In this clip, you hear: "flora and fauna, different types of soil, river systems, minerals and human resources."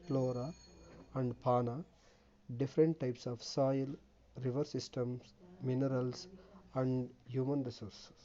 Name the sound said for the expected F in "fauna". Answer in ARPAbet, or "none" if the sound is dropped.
P